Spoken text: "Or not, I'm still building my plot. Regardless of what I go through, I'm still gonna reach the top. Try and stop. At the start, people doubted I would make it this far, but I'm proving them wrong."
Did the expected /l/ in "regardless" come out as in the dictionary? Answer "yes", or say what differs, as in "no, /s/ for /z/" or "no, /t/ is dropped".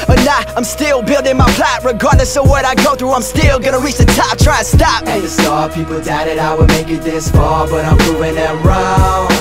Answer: no, /n/ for /l/